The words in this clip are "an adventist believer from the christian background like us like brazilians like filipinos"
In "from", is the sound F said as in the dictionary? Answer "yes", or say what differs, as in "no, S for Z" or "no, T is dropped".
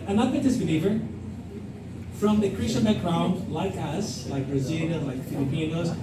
yes